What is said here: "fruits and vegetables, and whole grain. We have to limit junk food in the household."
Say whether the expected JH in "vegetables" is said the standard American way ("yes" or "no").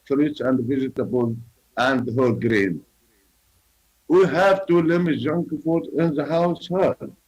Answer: no